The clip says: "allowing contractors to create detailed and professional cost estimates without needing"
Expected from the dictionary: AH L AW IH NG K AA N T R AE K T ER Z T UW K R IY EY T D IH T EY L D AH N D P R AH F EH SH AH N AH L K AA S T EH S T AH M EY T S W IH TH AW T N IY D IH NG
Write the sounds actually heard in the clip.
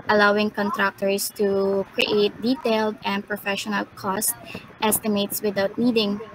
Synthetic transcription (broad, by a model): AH L AW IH NG K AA N T R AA K T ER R T UW K R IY EY T D IH T EY L D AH N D P R AH F EH SH AH N AH L K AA S T EH S T AH M EY T S W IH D AW T N IY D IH NG